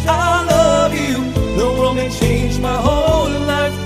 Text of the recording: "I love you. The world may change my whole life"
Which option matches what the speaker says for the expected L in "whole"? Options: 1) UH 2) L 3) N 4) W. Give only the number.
3